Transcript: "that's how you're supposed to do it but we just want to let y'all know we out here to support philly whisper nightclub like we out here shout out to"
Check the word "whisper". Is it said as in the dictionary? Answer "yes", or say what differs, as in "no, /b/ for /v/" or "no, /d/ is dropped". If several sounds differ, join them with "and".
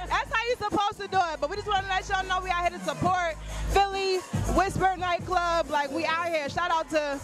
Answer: no, /b/ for /p/